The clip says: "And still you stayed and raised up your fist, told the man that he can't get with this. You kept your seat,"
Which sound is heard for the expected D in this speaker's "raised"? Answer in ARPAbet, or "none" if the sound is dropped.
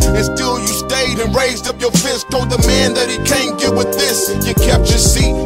D